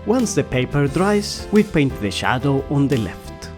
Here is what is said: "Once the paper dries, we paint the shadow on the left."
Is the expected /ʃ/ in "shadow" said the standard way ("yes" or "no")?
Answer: yes